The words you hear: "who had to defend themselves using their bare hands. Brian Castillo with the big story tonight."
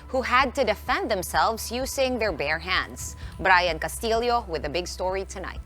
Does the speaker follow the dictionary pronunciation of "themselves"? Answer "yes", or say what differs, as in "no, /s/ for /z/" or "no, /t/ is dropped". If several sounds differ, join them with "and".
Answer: yes